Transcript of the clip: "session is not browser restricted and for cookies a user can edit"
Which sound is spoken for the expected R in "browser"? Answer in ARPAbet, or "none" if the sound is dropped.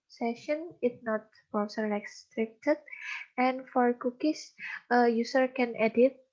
none